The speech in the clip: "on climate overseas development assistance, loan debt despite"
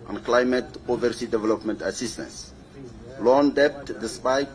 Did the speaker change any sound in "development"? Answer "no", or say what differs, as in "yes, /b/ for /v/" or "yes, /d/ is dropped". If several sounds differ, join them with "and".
no